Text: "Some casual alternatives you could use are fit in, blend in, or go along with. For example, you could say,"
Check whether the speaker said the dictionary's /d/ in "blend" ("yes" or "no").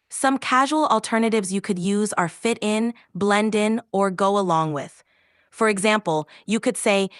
yes